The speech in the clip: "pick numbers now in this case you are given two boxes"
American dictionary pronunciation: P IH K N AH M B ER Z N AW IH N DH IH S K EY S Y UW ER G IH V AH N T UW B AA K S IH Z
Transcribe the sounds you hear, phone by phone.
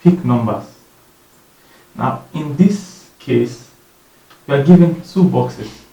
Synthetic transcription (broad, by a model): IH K N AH M B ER S N AW IH N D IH S K EY S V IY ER G IH V AH N S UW B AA K S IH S